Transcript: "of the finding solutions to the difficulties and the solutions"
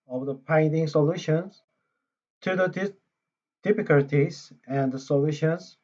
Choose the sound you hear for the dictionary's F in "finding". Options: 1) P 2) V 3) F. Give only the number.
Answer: 1